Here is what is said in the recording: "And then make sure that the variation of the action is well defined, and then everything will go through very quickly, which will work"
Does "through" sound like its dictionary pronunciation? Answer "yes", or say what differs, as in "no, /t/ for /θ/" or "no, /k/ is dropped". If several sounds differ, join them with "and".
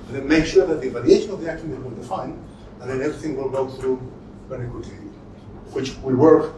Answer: yes